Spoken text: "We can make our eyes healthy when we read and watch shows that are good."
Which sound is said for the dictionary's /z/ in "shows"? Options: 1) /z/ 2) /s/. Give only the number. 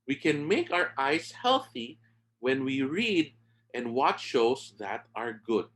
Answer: 2